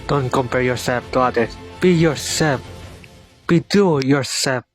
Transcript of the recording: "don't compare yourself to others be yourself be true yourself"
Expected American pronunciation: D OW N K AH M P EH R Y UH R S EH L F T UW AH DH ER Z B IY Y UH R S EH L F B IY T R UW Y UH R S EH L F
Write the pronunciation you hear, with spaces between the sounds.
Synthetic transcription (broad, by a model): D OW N K AH M P EH R Y UH R S EH L F T UW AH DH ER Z B IY Y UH R S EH L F B IY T UW Y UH R S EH L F